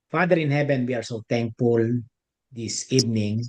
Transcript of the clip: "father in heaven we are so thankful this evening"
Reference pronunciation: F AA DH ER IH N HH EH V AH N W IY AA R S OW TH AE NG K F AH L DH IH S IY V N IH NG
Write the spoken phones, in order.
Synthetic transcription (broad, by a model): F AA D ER IH N HH EH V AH N W IY AA R S OW T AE NG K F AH L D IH S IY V N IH NG